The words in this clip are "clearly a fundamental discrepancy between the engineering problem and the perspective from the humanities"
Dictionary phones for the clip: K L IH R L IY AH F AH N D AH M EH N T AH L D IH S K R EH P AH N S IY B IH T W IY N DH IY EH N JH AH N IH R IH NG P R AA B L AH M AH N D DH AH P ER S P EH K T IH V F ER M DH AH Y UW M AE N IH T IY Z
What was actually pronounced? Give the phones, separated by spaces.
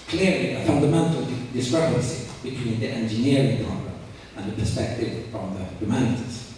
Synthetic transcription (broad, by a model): K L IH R L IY AH F AH N D AH M EH N T AH L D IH S K R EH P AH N S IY B IH T W IY N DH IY EH N JH AH N IH R IH NG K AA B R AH AH N DH AH P ER S P EH K T IH V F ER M DH AH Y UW M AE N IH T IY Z